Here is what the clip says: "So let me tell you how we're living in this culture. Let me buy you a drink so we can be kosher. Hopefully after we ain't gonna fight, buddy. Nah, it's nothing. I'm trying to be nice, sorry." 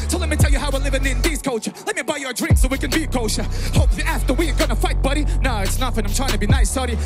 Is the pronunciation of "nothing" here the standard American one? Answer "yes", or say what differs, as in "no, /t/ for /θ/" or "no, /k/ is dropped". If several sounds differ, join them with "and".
no, /f/ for /θ/